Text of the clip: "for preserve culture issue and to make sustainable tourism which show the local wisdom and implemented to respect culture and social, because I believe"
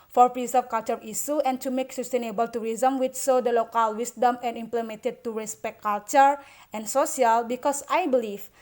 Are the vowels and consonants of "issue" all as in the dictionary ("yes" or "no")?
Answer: no